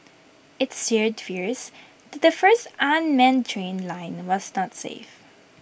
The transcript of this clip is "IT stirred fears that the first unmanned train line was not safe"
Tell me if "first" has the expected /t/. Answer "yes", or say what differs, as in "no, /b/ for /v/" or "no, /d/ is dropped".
yes